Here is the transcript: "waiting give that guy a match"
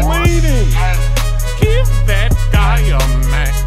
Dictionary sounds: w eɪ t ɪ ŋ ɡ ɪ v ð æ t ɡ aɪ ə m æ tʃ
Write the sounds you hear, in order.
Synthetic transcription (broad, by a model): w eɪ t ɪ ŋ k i p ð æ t ɡ aɪ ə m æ